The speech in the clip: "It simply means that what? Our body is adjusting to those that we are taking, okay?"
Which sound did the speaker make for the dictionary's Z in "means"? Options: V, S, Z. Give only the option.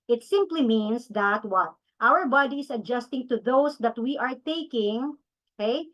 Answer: S